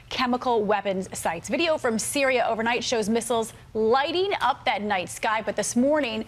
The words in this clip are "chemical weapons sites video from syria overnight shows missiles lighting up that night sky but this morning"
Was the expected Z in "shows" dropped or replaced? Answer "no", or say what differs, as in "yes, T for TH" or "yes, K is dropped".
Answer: no